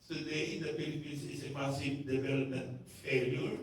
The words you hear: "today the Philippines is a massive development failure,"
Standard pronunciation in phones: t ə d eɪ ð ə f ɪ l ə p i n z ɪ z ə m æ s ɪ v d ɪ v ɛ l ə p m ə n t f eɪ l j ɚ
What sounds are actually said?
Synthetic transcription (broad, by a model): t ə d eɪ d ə p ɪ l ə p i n s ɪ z ə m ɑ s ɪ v d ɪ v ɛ l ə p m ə n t f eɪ l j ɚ